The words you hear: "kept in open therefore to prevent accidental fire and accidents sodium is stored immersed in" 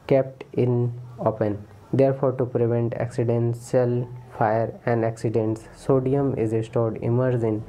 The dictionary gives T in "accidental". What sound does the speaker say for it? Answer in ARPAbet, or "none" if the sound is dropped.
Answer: S